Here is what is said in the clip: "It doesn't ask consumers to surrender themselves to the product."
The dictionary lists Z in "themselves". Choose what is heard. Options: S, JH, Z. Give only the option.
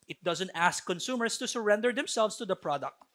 S